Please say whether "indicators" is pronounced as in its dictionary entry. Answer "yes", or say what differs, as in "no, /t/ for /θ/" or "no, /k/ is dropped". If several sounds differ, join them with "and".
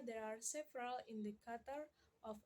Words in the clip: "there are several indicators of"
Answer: no, /z/ is dropped